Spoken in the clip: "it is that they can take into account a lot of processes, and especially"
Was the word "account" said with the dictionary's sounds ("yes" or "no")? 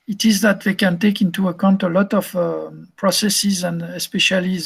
yes